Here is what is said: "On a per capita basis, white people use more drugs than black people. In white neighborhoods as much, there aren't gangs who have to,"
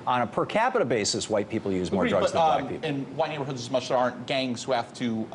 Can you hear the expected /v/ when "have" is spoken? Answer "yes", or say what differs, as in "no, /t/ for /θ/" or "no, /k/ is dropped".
no, /f/ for /v/